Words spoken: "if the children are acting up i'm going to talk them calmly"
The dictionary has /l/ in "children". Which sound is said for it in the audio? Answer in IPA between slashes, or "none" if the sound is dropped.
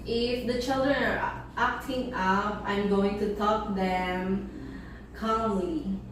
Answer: /l/